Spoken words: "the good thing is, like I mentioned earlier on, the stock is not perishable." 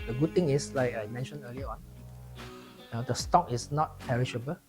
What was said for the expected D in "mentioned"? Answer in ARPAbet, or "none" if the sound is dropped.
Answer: none